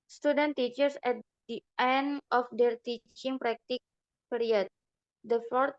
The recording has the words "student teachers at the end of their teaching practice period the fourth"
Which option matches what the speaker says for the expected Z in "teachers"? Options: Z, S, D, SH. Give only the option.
S